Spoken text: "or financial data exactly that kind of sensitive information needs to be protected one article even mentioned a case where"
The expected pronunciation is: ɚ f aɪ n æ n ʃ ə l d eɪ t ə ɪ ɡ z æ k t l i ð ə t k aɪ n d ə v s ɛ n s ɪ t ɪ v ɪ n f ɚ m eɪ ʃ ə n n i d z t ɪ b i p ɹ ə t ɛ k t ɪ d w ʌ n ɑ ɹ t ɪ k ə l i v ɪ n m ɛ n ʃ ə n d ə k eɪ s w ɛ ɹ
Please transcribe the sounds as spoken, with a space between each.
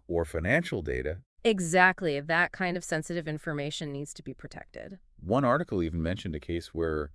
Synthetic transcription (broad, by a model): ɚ f aɪ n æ n ʃ l d eɪ t ə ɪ ɡ z æ k t l i ð ə t k aɪ n d ə v s ɛ n s ɪ t ɪ v ɪ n f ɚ m eɪ ʃ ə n n i d z t ɪ b i p ɹ ə t ɛ k t ɪ d w ʌ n ɑ ɹ t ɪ k l i v n m ɛ n ʃ ə n d ə k eɪ s w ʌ ɹ